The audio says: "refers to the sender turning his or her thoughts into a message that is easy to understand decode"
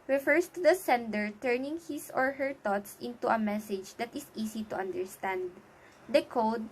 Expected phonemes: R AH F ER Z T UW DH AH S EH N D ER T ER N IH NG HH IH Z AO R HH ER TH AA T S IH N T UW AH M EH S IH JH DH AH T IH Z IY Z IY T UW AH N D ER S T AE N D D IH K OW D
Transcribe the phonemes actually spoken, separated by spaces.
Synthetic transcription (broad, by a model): R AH F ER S T UW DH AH S EH N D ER T ER N IH NG HH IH S AO R HH ER T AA T S IH N T UW AH M EH S IH JH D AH T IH S IY S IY T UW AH N D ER S T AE N D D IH K OW D